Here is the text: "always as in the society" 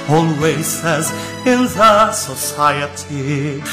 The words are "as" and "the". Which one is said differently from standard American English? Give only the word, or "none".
none